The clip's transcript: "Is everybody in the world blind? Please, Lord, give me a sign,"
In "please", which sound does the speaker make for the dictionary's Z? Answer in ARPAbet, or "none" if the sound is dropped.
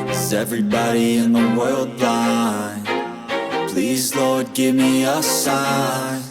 Z